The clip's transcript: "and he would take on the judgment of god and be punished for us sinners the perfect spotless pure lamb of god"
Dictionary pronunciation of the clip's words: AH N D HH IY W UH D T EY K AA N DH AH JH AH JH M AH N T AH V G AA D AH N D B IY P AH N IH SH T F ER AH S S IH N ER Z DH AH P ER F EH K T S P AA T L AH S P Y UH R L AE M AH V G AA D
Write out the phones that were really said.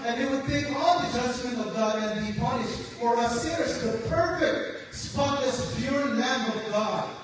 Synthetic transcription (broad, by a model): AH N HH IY W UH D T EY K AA L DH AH JH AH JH M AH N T AH V G AA D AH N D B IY P AH N IH SH T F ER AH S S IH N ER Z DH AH P ER F EH K T S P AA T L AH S B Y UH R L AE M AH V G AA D